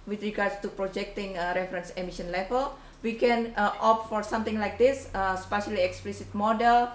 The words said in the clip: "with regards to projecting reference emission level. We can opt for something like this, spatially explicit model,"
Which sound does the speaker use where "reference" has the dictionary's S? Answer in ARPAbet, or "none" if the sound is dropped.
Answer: S